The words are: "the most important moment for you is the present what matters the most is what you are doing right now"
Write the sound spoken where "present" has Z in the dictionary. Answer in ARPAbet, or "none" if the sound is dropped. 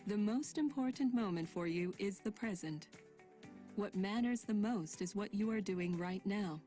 Z